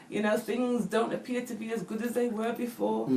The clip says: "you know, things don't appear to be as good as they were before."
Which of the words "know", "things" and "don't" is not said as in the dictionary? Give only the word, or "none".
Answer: none